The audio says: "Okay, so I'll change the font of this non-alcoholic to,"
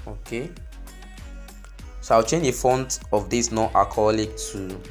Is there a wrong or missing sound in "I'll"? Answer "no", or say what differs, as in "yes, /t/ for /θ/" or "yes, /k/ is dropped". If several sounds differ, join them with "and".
yes, /w/ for /l/